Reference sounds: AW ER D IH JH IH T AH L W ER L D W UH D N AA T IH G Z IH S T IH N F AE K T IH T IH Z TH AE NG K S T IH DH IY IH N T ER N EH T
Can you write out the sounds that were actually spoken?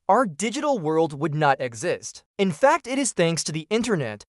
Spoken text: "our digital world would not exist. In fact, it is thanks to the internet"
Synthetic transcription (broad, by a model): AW ER D IH JH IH T L W ER L D W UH D N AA T IH G Z IH S T IH N F AE K T IH T IH Z TH AE NG K S T IH DH IY IH N T ER N EH T